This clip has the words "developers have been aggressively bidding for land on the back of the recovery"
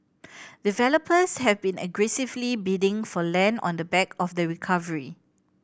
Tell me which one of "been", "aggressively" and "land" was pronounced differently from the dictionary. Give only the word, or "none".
land